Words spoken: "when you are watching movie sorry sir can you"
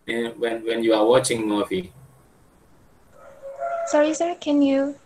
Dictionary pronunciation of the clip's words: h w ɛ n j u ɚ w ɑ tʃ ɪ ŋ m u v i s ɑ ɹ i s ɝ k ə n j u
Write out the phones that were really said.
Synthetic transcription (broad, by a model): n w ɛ n j u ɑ w ɑ tʃ ɪ ŋ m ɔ f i s ɑ ɹ i s ɝ k ə n j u